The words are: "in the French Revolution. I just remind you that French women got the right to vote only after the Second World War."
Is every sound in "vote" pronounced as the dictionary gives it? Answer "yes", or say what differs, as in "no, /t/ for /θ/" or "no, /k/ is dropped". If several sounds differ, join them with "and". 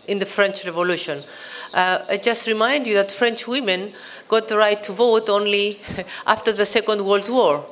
yes